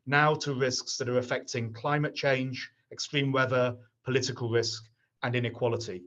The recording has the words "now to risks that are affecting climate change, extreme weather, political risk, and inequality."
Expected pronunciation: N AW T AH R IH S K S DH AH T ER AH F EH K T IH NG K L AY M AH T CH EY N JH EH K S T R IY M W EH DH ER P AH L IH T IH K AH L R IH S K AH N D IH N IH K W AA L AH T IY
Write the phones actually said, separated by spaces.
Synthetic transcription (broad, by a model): N AW T AH R IH S K S DH AH T ER AH F EH K T IH NG K L AY M AH T CH EY N JH EH K S T R IY M W EH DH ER P AH L IH T IH K AH L R IH S K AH N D IH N IH K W AA L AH T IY